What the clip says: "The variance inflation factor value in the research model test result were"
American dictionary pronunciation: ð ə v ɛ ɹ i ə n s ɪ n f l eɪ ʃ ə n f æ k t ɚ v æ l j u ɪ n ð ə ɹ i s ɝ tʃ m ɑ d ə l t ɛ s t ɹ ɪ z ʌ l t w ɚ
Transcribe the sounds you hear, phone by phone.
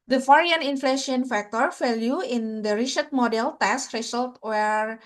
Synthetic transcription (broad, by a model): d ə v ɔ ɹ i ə n ɪ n f l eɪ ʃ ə n f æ k t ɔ f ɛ l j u ɪ n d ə ɹ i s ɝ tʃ m ɑ d ə l t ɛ s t ɹ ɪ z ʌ l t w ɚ